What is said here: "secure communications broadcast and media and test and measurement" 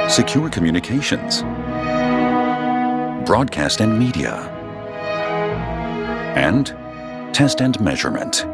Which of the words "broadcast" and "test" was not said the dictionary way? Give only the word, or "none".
none